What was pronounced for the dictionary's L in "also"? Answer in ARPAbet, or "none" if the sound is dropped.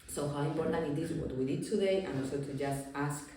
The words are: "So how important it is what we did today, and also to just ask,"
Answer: none